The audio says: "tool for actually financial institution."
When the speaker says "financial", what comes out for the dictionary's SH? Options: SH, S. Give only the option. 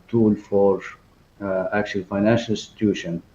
SH